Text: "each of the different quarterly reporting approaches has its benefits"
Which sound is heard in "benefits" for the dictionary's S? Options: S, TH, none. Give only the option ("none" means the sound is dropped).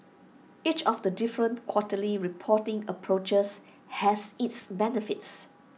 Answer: S